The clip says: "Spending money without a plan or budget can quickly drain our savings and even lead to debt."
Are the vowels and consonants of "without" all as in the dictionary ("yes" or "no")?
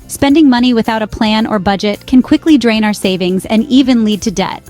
yes